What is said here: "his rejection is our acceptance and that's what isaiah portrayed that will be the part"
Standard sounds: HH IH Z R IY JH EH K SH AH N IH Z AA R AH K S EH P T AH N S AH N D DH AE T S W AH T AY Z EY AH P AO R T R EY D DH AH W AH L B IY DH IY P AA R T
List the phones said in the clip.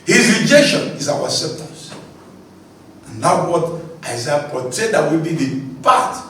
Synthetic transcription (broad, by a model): HH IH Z R IY JH EH K SH AH N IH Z AA W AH S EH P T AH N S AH N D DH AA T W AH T AY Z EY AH P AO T EY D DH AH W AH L B IY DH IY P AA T